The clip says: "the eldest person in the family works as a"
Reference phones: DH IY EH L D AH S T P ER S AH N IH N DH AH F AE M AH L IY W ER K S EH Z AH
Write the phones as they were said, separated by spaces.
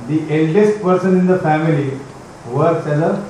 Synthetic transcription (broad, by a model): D IY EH L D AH S T P ER S AH N IH N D AH F AE M AH L IY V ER S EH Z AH